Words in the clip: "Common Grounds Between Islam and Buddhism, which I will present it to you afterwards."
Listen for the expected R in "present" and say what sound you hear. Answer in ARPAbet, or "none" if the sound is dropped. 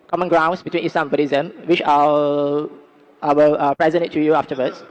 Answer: R